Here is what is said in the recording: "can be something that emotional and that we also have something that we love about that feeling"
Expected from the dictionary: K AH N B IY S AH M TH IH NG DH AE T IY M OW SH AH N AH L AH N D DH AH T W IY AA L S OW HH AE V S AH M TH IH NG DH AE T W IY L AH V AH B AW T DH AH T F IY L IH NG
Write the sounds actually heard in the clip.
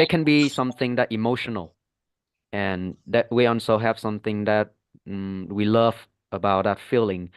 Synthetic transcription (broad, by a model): K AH N B IY S AH M TH IH NG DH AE T IY M OW SH AH N AH L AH N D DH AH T W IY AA N S OW HH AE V S AH M TH IH NG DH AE T W IY L AH V AH B AW T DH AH T F IY L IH NG